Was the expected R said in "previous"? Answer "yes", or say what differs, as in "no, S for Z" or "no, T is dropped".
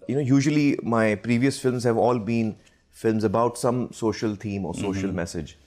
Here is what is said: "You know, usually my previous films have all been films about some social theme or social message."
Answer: yes